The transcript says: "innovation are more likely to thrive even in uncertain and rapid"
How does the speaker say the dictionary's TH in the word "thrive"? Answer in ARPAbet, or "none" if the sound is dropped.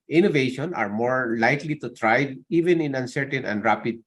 T